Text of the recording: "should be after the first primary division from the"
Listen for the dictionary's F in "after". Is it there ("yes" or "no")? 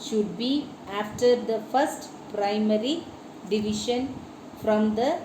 yes